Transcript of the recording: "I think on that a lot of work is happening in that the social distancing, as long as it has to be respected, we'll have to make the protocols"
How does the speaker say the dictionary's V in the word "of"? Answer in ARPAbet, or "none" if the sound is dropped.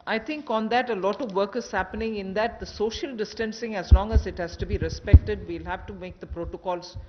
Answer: V